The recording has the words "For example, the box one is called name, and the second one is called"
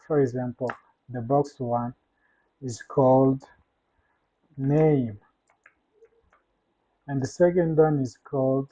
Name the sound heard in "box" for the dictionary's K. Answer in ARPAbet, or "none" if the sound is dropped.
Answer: K